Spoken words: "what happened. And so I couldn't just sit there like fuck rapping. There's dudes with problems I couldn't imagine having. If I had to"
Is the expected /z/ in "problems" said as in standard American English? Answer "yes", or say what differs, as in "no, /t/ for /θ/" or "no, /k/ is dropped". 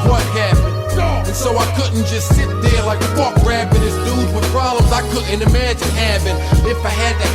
yes